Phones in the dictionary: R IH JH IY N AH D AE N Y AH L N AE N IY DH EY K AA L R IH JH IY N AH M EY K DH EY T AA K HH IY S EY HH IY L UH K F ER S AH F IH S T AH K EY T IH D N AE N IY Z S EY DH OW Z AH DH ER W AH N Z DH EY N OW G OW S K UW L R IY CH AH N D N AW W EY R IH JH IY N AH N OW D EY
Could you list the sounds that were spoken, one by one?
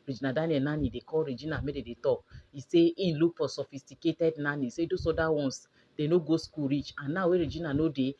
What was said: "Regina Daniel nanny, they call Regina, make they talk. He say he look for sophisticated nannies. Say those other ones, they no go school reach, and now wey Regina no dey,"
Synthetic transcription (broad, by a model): R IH JH IY N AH D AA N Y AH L N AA N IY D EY K AA L R IH JH IY N AH M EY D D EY T AA K IY S EY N L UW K P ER S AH F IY S T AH K EY T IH D N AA N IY S EY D OW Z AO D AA W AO N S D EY N OW G OW S K UW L R IY CH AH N N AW W EY R IH JH IY N AH N OW D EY